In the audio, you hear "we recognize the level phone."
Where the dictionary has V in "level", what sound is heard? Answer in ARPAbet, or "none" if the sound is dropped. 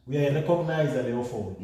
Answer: none